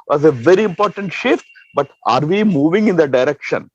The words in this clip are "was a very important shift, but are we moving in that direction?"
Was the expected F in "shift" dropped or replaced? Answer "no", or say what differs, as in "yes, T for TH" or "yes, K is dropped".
no